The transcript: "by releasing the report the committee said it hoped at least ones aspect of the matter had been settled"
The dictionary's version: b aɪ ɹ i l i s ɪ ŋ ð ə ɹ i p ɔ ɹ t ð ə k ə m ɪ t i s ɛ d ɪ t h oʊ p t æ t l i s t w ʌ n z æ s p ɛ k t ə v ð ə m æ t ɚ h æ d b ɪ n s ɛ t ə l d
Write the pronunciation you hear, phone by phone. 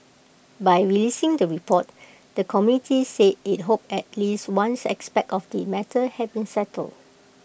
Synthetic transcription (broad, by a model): b aɪ ɹ i l i s ɪ ŋ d ə ɹ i p ɔ t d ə k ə m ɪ t i s ɛ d ɪ t h oʊ p ɛ t l i s t w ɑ n s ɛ s p ɛ k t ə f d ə m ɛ t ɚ h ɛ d b ɪ n s ɛ t ə l d